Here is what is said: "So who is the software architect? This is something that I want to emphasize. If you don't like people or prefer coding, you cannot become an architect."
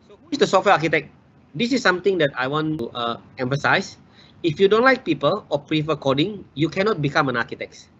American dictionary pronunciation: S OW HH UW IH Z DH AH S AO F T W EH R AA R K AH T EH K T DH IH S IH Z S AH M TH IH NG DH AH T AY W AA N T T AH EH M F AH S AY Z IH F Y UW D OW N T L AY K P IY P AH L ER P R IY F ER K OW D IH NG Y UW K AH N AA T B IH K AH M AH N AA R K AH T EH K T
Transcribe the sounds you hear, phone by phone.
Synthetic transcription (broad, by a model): S OW HH UW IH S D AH S AO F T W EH AA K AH T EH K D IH S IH S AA M T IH NG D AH T AY W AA N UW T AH EH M F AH S AY S IH F Y UW D OW N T L AY K P IY P AH L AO P R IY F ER K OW D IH NG Y UW K AH N AA T B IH K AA M AH N AA K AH T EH K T